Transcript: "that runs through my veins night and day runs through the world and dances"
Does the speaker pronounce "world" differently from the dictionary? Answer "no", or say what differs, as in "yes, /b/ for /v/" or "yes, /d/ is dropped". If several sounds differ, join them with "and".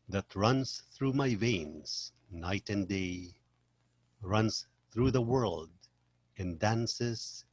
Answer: no